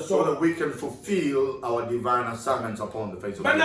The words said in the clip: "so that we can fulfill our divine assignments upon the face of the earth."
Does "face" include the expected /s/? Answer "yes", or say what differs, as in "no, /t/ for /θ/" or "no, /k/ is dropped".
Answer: no, /s/ is dropped